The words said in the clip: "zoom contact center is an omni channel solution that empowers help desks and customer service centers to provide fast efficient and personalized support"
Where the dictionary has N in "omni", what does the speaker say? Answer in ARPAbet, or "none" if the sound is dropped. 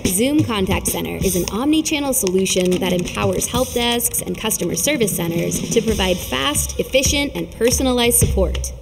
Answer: N